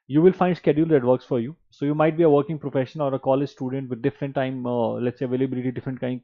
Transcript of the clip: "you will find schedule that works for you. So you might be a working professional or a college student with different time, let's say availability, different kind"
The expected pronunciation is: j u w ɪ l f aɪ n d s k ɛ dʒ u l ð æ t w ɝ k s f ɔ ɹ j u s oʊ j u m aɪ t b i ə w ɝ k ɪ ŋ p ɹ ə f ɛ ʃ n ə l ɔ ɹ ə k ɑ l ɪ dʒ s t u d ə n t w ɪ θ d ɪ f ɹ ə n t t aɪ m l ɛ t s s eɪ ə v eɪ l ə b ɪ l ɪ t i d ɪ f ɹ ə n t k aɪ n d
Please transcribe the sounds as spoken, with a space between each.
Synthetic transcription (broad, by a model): j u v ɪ l f aɪ n d s k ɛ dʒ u l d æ t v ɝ k s f ɔ ɹ j u s oʊ j u m aɪ t b i ə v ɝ k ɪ ŋ p ɹ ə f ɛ ʃ ə n ɔ ɹ ə k ɑ l ɪ dʒ s t u d ə n t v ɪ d d ɪ f ɹ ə n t t aɪ m l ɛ t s s eɪ ə v eɪ l ə b ɪ l ɪ t i d ɪ f ɹ ə n t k aɪ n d